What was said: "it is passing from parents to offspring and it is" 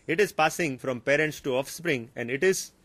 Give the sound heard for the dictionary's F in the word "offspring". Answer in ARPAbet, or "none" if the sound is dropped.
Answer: F